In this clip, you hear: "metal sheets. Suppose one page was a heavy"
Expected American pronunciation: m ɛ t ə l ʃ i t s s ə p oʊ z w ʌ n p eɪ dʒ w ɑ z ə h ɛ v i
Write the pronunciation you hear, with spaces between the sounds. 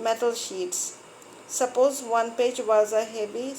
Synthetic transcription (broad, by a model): m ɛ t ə l ʃ i t s s ə p oʊ z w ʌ n p eɪ dʒ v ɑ z ə h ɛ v i